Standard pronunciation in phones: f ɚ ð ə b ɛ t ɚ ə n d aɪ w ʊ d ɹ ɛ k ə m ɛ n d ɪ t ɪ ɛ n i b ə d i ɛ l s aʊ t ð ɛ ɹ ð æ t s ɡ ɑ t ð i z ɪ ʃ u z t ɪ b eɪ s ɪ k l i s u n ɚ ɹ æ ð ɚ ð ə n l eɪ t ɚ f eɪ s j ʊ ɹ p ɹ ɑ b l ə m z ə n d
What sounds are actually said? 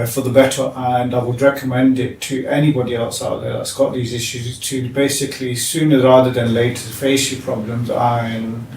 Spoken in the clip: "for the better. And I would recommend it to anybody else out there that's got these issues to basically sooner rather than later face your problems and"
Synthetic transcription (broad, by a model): f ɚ ð ə b ɛ t ɚ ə n aɪ w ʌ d ɹ ɛ k ə m ɛ n d ɪ t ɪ ɛ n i b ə d i ɛ l s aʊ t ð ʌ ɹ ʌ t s ɡ ɑ t ð i z ɪ ʃ u z t ɪ b eɪ s ɪ k l i s u n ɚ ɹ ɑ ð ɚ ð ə n l eɪ t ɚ f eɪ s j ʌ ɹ p ɹ ɑ b l ə m z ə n